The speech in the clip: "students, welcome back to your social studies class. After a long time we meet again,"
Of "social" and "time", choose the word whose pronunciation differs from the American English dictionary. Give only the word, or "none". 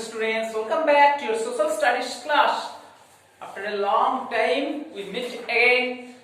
social